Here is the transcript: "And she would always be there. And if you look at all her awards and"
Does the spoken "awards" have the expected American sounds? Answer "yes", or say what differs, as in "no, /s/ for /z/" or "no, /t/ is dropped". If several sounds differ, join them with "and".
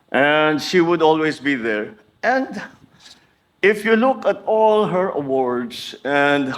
no, /s/ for /z/